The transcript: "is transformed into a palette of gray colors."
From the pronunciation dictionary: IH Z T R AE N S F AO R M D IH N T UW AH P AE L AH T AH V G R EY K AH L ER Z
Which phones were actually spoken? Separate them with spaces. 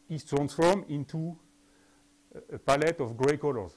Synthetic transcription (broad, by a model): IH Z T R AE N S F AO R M IH N T UW AH P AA L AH T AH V G R EY K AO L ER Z